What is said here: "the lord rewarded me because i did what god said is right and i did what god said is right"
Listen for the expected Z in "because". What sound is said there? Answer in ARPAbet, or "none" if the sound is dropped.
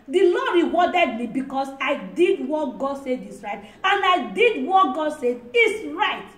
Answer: S